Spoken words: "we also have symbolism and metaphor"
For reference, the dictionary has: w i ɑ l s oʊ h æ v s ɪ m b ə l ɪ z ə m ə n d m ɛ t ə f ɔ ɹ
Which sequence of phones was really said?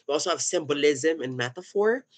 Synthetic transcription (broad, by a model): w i ɑ l s oʊ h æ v s ɪ m b ə l ɪ z ə m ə n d m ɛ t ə f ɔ ɹ